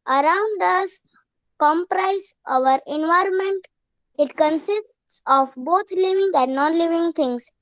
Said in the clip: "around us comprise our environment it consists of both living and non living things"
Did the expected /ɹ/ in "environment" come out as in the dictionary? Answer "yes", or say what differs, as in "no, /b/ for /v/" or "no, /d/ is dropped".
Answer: yes